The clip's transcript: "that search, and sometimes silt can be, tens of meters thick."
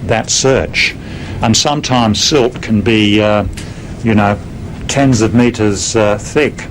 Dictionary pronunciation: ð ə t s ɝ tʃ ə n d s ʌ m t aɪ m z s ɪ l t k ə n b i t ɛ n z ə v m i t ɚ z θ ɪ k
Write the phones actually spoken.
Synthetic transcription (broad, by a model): ð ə t s ɝ tʃ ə n s ʌ m t aɪ m z s ɪ l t k ə n b i t ɛ n z ə v m i t ɚ z θ ɪ k